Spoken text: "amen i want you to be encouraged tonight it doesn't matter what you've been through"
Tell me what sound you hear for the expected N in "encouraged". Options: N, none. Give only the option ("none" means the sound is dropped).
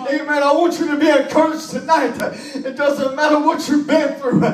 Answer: none